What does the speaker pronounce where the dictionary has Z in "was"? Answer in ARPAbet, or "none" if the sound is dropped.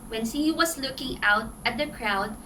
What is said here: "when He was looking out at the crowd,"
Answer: S